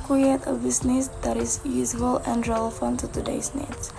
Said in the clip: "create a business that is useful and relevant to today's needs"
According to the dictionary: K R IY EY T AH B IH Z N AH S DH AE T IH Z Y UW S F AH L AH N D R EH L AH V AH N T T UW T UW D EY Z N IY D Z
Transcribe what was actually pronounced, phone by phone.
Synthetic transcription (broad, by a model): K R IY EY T AH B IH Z N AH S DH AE T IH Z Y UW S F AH L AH N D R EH L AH F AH N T T UW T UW D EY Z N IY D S